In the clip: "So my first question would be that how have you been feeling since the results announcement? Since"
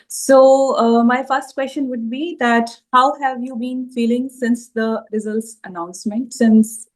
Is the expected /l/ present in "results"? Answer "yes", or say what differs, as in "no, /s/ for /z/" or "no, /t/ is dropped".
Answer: yes